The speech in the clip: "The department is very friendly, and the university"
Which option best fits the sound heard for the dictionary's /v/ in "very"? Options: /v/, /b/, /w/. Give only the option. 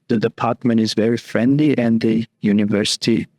/v/